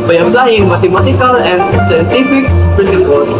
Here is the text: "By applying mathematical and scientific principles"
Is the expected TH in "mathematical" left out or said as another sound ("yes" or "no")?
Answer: yes